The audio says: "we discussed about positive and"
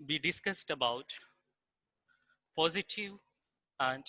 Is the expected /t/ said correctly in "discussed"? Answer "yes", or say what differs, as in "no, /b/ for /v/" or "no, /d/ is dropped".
yes